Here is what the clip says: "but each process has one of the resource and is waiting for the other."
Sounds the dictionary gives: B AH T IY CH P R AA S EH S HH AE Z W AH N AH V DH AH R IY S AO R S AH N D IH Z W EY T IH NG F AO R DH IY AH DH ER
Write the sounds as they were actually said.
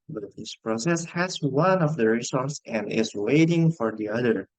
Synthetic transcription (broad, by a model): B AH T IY S P R AA S EH S HH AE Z W AH N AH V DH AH R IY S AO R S AH N D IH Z W EY T IH NG F AO R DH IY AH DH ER